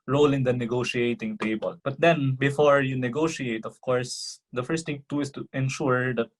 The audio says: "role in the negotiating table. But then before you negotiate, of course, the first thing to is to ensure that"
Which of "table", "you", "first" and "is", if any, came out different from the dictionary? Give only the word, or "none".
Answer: is